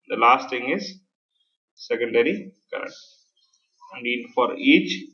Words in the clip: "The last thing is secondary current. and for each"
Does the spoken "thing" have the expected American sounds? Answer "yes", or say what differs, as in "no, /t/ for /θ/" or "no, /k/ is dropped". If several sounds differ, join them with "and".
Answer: no, /t/ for /θ/